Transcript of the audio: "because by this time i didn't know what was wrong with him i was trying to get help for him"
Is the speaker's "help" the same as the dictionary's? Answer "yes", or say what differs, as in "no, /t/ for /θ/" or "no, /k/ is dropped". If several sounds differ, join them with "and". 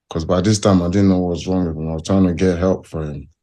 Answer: yes